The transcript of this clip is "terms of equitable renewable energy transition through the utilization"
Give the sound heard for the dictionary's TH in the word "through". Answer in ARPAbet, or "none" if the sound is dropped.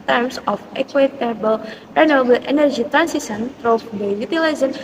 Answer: T